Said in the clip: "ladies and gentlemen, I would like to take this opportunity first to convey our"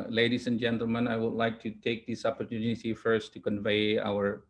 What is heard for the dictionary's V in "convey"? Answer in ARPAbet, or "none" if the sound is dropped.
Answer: V